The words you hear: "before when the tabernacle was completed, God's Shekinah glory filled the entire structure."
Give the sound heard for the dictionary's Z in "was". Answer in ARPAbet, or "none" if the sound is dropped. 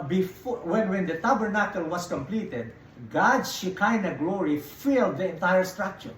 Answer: S